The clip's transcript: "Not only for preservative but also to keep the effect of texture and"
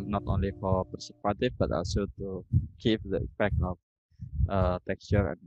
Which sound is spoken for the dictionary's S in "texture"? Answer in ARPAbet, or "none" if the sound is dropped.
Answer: S